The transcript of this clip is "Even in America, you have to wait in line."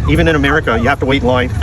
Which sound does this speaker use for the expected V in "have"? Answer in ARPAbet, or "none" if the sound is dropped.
F